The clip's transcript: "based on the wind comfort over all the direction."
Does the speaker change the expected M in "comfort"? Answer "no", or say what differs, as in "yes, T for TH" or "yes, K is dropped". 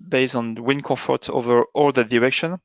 yes, M is dropped